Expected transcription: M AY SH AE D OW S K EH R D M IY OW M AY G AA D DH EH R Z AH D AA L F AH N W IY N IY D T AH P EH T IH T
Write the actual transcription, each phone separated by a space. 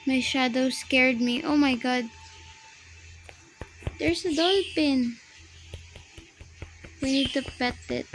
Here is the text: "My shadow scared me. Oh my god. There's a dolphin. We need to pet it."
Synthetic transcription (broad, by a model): M AY SH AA D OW S K EH R D M IY OW M AY G AA D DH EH R S AH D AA L P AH N W IY N IY D T AH P EH T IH T